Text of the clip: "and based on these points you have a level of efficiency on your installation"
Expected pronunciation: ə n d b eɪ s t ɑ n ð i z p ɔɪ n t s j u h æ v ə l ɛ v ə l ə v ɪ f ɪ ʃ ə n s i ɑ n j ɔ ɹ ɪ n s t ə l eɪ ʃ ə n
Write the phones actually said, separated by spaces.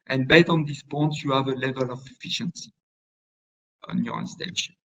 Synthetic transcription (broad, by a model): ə n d b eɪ t ɑ n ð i s p ɔɪ n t j u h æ v ə l ɛ v ə l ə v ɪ f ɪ ʃ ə n s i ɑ n j ɔ ɹ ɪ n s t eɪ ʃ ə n